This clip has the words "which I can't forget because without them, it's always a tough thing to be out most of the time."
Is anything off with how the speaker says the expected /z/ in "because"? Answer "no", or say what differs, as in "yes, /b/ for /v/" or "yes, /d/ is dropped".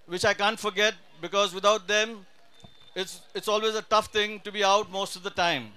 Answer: no